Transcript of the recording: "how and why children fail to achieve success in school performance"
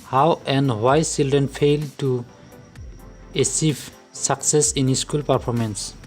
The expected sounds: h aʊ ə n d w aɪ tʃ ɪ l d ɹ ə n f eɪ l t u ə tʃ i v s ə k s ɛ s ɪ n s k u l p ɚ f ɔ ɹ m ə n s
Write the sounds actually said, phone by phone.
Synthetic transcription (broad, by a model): h aʊ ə n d w aɪ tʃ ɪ l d ɹ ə n f eɪ l t u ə s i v s ə k s ɛ s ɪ n s k u l p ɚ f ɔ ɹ m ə n s